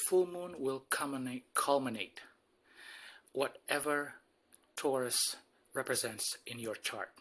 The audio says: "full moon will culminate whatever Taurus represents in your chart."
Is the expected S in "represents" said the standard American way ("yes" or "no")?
yes